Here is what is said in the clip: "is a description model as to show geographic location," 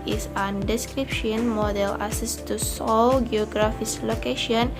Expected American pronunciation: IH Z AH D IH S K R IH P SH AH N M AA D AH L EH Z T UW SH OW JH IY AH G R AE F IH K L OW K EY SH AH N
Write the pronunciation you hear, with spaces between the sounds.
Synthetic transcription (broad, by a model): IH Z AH D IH S K R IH P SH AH N M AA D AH L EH S T UW S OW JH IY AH G R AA F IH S L OW K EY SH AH N